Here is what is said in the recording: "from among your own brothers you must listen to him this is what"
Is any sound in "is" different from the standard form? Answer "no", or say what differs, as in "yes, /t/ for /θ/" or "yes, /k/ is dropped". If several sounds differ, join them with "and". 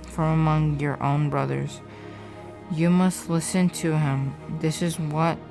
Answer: no